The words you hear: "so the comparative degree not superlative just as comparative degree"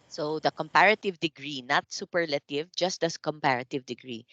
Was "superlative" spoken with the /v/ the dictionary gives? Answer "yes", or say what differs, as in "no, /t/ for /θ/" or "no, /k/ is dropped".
yes